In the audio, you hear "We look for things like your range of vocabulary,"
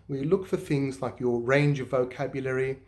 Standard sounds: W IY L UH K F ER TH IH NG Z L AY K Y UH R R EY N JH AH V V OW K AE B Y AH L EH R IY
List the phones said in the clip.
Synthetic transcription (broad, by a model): W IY L UH K F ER TH IH NG Z L AY K Y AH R R EY N JH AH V V OW K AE B Y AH L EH R IY